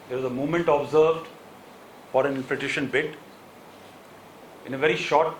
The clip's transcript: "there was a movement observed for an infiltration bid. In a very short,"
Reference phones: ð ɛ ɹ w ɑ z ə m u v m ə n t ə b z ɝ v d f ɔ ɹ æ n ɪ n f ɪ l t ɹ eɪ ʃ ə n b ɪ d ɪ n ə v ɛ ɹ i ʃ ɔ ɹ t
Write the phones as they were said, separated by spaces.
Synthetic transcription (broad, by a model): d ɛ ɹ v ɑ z ə m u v m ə n t ə b z ɝ v d f ɔ ɹ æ n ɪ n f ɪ t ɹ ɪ ʃ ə n b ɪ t ɪ n ə v ɛ ɹ i ʃ ɔ ɹ t